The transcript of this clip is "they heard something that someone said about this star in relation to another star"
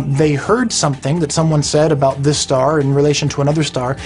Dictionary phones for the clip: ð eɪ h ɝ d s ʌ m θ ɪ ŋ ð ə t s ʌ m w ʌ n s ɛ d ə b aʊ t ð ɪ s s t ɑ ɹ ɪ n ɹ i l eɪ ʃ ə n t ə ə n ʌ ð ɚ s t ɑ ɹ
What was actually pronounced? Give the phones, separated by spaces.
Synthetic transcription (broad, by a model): ð eɪ h ɝ d s ʌ m θ ɪ ŋ ð ə t s ʌ m w ʌ n s ɛ d ə b aʊ t ð ɪ s s t ɑ ɹ ɪ n ɹ i l eɪ ʃ ə n t ə ə n ʌ ð ɚ s t ɑ ɹ